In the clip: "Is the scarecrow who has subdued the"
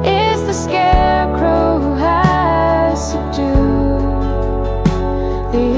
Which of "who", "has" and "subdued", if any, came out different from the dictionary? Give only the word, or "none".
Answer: subdued